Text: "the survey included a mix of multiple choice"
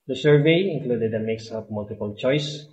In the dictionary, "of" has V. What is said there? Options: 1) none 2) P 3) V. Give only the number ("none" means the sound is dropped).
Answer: 2